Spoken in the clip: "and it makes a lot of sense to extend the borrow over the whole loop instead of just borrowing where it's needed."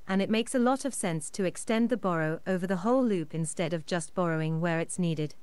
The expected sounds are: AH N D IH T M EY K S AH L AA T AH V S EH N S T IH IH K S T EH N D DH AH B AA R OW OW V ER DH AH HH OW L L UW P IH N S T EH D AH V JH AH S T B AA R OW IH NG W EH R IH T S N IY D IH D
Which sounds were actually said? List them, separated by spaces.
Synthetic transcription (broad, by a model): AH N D IH T M EY K S AH L AA T AH V S EH N S T IH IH K S T EH N DH AH B AA R OW OW V ER DH AH HH OW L L UW P IH N S T EH D AH V JH AH S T B AA R OW IH NG W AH R IH T S N IY D IH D